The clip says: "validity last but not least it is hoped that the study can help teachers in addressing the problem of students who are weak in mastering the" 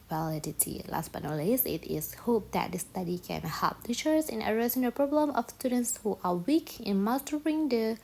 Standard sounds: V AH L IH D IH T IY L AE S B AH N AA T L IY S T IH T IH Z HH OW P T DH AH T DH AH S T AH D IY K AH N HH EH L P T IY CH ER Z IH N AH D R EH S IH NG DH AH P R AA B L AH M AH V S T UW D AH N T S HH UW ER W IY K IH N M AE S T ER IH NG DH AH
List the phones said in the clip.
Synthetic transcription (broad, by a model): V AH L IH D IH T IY L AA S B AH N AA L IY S IH T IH S HH OW P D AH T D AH S T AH D IY K AH N HH EH L P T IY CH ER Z IH N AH R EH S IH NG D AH P R AA B L AH M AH F S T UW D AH N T S HH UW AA W IY K IH N M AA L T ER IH NG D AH